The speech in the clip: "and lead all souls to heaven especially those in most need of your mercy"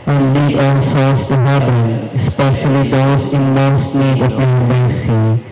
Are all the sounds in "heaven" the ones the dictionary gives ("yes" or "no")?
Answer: no